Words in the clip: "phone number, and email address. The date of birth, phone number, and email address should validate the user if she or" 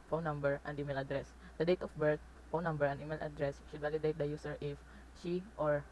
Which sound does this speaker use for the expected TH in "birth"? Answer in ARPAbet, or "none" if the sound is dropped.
T